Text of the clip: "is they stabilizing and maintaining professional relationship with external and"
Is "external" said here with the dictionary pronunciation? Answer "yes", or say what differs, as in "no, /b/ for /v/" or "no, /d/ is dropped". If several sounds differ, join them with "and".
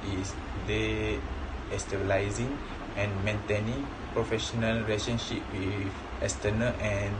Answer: no, /k/ is dropped